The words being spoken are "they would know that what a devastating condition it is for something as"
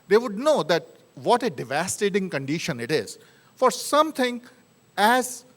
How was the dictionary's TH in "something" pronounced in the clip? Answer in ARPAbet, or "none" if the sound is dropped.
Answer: T